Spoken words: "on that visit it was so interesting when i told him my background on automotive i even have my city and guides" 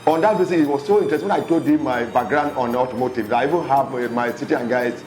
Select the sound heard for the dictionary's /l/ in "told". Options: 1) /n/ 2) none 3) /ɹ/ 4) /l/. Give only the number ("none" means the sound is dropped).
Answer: 2